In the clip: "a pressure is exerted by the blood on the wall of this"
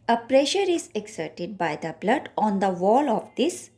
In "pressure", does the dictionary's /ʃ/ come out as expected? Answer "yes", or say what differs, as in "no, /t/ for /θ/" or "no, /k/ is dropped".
yes